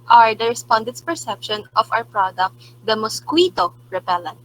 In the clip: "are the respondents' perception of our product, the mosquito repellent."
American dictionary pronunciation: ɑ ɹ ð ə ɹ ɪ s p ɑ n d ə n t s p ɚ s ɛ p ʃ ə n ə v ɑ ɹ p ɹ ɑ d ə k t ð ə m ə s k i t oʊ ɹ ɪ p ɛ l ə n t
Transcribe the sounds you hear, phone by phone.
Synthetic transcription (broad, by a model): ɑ ɹ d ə ɹ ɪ s p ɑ n d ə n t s p ɚ s ɛ p ʃ ə n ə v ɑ w p ɹ ɑ d ə k t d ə m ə s k i t oʊ ɹ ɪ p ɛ l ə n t